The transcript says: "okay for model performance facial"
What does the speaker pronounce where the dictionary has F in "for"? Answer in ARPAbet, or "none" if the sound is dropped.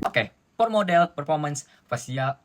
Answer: P